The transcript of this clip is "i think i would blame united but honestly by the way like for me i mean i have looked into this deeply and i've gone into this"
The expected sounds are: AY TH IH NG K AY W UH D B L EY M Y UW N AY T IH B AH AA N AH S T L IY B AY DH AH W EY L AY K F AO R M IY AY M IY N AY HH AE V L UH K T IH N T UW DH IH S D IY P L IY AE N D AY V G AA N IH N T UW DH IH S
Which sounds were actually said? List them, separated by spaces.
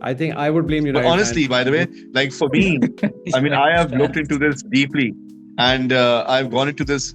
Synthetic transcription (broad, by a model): AY T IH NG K AY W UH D B L EY M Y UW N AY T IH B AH AA N AH S T L IY B AY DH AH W EY L AY K F AO R M IY AY M IY N AY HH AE V L UH K T IH N T UW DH IH S D IY P L IY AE N D AY V G AA N IH N T UW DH IH S